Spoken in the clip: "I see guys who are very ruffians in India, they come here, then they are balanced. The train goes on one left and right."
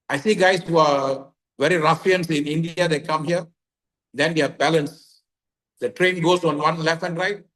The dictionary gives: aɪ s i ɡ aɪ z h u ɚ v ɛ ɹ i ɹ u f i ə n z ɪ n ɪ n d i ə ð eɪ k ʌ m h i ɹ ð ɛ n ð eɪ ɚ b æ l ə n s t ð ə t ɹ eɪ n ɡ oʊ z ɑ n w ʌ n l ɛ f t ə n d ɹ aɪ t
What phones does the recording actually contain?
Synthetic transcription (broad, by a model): aɪ s i ɡ aɪ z h u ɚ v ɛ ɹ i ɹ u f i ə n s ɪ n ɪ n d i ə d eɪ k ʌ m h i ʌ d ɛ n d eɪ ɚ b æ l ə n s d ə t ɹ eɪ n ɡ oʊ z ɑ n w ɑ n l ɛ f ə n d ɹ aɪ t